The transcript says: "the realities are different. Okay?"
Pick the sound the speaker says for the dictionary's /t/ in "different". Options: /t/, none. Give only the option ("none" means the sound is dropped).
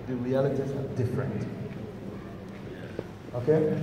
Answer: /t/